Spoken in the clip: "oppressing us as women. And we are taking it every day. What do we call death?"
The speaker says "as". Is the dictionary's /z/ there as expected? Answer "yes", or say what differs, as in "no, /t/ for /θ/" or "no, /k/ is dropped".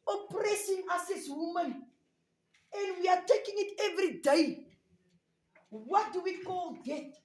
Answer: no, /s/ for /z/